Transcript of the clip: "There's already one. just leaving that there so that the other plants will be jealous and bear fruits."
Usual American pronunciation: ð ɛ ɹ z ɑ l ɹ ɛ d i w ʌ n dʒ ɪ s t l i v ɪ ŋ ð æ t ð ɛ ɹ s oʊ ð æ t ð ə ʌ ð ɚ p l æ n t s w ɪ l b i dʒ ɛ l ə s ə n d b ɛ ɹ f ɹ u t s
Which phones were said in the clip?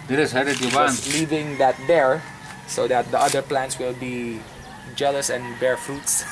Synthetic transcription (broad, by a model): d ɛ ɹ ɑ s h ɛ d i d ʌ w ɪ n l i v ɪ ŋ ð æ t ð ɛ ɹ s oʊ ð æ t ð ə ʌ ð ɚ p l æ n t s w ɪ l b i dʒ ɛ l ə s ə n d b ɛ ɹ f ɹ u t s